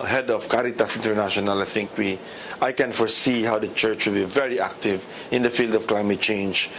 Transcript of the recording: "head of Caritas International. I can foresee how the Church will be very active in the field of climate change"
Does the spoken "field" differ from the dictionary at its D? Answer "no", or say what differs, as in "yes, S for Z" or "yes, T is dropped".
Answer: no